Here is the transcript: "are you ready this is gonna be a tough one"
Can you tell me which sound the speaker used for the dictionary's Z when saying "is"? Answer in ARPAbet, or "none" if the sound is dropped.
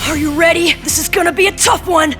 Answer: Z